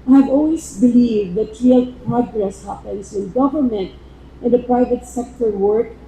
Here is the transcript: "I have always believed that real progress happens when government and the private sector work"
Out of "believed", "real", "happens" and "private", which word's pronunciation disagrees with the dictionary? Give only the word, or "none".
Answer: happens